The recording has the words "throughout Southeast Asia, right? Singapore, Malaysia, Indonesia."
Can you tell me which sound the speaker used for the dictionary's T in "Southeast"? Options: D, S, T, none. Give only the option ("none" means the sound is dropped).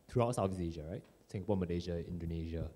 none